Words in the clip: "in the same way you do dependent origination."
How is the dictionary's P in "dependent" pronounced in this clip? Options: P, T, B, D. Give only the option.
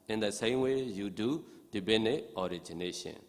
B